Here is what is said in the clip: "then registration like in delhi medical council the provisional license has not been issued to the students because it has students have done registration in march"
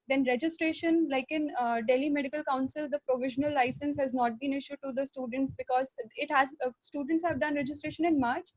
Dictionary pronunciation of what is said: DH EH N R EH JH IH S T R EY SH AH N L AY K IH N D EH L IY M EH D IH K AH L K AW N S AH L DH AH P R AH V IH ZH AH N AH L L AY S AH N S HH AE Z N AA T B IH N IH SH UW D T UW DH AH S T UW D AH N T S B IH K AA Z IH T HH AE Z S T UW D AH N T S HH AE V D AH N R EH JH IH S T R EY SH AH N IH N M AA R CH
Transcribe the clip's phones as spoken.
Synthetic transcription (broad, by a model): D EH N R EH JH IH S T R EY SH AH N L AY K IH N D EH L IY M EH D IH K AH L K AW N S AH L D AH P R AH V IH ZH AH N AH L L AY S AH N S HH AE Z N AA T B IH N IH SH UW D T UW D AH S T UW D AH N T S B IH K AA Z IH T HH AE Z S T UW D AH N T S HH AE V D AH N R EH JH IH S T R EY SH AH N IH N M AA R CH